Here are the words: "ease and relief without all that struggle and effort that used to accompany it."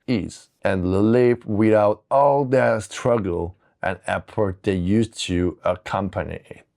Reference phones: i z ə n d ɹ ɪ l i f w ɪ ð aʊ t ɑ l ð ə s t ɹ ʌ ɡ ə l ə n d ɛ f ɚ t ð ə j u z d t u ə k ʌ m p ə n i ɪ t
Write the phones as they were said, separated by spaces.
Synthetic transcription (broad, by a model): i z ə n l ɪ l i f w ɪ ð aʊ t ɑ l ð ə s t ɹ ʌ ɡ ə l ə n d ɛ p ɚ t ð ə j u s t u ə k ʌ m p ə n i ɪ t